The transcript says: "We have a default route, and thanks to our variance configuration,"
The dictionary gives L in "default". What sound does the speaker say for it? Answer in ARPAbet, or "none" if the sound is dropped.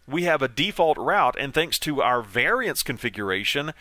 L